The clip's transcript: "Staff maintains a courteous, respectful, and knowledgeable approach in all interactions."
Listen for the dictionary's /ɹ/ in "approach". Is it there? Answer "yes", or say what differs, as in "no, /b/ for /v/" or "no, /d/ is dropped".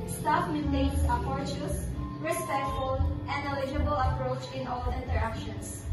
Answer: yes